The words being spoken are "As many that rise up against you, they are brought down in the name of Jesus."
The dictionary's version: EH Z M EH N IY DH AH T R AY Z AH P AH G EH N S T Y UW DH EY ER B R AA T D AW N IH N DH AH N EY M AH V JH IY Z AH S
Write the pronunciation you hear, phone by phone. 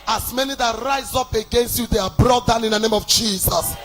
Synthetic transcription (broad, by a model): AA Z M EH N IY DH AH T R AY Z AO P AH G EH N S T Y UW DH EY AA B R AA T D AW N IH N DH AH N EY M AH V JH IY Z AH S